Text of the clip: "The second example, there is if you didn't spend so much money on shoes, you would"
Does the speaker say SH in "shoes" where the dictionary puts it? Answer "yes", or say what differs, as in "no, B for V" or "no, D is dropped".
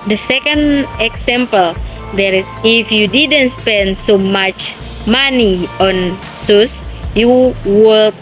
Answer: no, S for SH